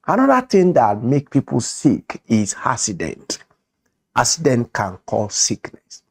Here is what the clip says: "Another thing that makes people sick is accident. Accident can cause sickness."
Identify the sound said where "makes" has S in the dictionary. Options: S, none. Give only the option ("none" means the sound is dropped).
none